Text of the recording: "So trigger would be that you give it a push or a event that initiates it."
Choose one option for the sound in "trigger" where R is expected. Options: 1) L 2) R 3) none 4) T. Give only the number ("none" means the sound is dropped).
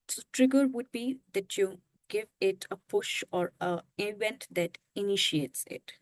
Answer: 2